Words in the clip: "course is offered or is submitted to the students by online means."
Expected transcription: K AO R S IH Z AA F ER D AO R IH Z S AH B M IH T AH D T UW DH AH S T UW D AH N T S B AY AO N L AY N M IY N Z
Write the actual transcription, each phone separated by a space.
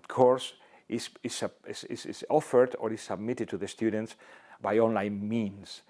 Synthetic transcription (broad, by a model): K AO R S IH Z AA F ER D AO R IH S AH B M IH T AH D T UW DH AH S T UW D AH N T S B AY AO N L AY N M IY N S